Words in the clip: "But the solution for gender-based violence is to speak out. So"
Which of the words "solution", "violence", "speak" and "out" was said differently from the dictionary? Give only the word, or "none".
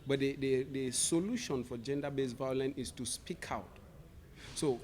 violence